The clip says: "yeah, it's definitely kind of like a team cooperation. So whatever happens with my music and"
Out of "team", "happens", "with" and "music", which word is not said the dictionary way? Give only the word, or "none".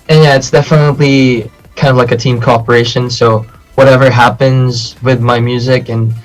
none